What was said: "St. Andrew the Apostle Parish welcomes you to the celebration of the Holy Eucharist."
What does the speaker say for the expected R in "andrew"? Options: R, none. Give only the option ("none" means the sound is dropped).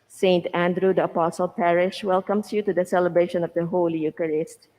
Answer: R